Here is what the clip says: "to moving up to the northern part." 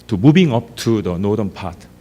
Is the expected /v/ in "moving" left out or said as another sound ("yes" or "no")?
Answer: yes